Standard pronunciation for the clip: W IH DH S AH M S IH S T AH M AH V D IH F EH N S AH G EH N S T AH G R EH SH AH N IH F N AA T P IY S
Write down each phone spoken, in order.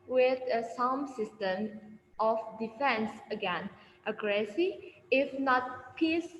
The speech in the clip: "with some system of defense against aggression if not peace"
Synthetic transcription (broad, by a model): W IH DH S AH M S IH S T AH M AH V D IH F EH N S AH G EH N T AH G R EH S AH IH F N AA T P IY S